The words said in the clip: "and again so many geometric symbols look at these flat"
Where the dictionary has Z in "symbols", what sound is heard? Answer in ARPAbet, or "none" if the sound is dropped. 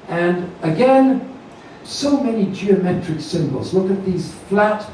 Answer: Z